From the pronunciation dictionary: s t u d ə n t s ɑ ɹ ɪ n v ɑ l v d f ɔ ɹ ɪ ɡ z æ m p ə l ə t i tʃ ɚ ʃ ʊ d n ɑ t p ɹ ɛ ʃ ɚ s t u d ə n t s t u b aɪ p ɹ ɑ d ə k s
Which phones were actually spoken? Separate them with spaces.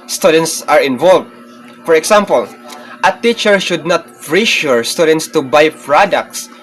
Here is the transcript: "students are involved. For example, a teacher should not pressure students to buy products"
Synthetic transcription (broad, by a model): s t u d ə n t s ɑ ɹ ɪ n v ɑ l v d f ɔ ɹ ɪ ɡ s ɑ m p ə l ə t i tʃ ɚ ʃ ʊ d n ɑ t f ɹ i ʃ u s t u d ə n t s t u b aɪ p ɹ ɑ d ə k s